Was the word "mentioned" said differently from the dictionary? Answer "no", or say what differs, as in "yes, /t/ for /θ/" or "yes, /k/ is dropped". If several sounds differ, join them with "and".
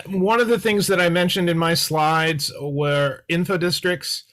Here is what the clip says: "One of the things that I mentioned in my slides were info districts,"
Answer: no